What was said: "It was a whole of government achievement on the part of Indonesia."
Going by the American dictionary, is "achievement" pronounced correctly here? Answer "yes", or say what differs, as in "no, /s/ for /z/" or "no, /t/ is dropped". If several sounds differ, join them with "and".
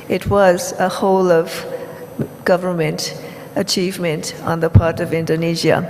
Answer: yes